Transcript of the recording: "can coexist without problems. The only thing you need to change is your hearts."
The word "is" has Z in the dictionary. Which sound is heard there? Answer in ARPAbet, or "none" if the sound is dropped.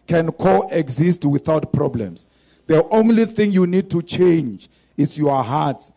S